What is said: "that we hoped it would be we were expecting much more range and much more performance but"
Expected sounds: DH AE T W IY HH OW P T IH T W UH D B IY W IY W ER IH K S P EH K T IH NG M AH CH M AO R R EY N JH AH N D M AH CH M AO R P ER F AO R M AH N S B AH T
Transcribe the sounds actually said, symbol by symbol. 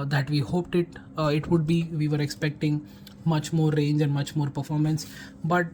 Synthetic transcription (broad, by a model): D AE T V IY HH OW P T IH T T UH D B IY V IY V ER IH K S P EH K T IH NG M AH CH M AO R R EY N JH AH N D M AH CH M AO R P ER F AO R M AH N S B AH T